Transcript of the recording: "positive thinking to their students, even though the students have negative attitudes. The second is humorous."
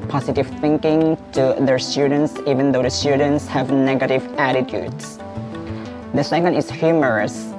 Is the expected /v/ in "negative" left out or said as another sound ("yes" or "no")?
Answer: no